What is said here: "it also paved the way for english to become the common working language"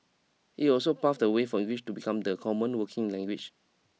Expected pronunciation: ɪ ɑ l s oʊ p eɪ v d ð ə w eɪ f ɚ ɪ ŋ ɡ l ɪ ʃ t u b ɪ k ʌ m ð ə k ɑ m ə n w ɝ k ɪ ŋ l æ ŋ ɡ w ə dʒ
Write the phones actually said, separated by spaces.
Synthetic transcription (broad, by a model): ɪ ɑ l s oʊ p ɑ f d ə w eɪ f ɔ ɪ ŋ ɡ l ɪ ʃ t u b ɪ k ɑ m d ə k ɑ m ə n w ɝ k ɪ ŋ l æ ŋ ɡ w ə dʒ